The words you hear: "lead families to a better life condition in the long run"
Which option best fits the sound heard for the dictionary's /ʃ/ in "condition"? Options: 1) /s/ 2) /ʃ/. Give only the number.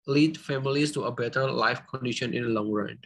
2